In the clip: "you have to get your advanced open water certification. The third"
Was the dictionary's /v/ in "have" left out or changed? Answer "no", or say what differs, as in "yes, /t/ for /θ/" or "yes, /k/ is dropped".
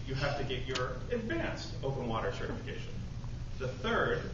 yes, /f/ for /v/